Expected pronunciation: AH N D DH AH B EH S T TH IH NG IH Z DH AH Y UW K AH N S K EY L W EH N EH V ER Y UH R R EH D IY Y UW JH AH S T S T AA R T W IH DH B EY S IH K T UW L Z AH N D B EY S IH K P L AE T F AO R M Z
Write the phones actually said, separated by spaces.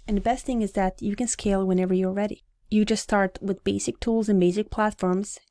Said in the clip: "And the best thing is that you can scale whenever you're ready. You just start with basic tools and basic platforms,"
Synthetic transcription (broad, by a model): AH N DH AH B EH S T TH IH NG IH Z DH AH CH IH K AH N S K EY L W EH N EH V ER Y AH R R EH D IY Y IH JH AH S T S T AA R T W IH DH B EY S IH K T UW L Z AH N B EY S IH K P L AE T F AO R M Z